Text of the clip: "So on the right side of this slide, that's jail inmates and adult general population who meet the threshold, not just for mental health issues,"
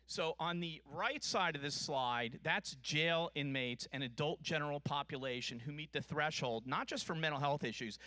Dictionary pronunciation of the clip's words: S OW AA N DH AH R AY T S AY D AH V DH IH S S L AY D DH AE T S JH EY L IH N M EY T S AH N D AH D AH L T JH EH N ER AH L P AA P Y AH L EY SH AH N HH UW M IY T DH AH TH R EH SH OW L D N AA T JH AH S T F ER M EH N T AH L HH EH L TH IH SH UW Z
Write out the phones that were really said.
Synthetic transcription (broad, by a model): S OW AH N DH AH R AY T S AY D AH V DH IH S S L AY D DH AE T S JH EY L IH N M EY T S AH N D AH D AH L T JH EH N ER L P AA P Y AH L EY SH AH N HH UW M IY T DH AH TH R EH SH OW L D N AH T JH AH S T F ER M EH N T L HH EH L TH IH SH UW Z